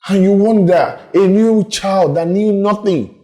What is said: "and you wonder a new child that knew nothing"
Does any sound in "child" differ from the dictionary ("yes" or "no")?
no